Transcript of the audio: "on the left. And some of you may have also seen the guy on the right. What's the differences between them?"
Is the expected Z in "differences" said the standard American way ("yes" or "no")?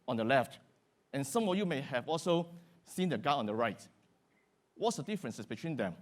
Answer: no